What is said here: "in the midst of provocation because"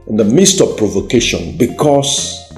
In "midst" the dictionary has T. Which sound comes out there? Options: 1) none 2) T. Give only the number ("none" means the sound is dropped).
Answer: 2